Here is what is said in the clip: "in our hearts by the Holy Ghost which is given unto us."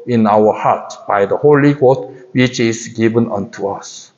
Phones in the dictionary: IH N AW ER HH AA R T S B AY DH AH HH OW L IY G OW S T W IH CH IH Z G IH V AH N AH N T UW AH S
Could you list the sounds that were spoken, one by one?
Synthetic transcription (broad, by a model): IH N AW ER HH AA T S B AY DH AH HH OW L IY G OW T W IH CH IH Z G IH V AH N AH N T UW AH S